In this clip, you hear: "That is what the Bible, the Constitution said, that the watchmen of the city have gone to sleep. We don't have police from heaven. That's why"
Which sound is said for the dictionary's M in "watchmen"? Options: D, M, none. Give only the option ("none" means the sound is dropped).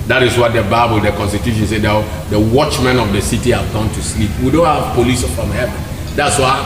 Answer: M